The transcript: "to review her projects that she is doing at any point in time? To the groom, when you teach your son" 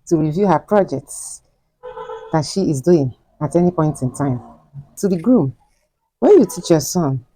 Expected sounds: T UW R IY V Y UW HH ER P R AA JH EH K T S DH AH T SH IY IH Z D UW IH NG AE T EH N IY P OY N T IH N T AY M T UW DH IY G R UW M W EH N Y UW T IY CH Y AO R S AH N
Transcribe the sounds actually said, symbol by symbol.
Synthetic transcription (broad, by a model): T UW R IY V Y UW HH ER P R AA JH EH K T S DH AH T SH IY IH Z D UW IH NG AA T EH N IY P OY N T IH N T AY M T UW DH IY G R UW M W EH N Y UW T IY CH Y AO S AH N